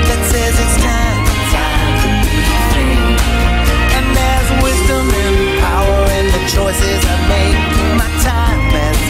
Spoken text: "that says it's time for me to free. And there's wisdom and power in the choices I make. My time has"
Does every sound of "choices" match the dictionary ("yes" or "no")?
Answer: yes